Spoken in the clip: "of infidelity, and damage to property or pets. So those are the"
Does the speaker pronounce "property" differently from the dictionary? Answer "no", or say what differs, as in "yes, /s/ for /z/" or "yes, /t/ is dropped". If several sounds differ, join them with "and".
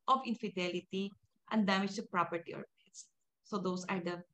no